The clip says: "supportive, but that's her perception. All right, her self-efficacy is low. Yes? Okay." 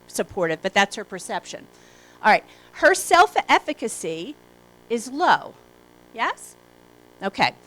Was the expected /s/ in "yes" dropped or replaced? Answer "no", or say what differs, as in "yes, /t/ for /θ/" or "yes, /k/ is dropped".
no